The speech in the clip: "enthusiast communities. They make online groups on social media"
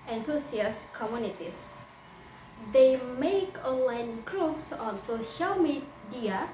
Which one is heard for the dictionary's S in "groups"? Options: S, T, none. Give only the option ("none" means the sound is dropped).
S